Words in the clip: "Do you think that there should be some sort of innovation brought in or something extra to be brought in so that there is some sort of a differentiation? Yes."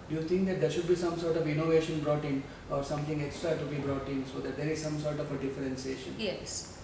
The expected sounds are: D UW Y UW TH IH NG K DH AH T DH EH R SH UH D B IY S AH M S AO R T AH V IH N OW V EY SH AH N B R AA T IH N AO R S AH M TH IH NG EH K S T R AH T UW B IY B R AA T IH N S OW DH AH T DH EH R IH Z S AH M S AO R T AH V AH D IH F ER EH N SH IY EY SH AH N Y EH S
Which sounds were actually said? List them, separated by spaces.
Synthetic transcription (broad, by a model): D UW Y UW T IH NG K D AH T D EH R SH UH D B IY S AH M S AO R T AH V IH N OW V EY SH AH N B R AA T IH N AO R S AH M T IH NG EH K S T R AH T UW B IY B R AA T IH N S OW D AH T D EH R IH Z S AH M S AO R T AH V AH D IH F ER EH N S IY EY SH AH N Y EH S